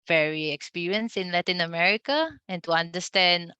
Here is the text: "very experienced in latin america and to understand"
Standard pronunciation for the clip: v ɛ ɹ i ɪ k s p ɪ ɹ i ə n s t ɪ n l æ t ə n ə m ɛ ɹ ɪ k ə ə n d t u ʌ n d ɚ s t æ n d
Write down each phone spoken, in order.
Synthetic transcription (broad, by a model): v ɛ ɹ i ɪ k s p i ɹ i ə n s ɪ n l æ t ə n ə m ɛ ɹ ɪ k ə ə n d t u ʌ n d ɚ s t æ n d